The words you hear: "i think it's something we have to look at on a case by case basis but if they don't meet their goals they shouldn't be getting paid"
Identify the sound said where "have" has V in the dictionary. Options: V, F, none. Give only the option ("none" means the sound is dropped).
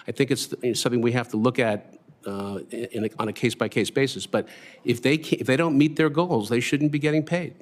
F